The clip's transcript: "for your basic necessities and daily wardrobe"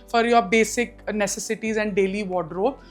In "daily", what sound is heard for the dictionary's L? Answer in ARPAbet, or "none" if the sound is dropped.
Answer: L